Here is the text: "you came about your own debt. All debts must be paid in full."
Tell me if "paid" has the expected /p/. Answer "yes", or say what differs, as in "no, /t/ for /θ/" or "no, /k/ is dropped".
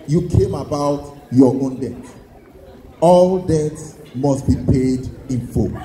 yes